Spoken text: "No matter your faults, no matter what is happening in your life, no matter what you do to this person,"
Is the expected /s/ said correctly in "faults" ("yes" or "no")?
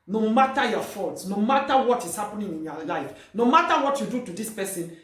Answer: yes